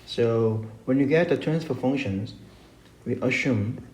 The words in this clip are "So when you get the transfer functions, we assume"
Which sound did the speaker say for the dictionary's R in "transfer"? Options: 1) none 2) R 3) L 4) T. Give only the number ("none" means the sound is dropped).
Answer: 1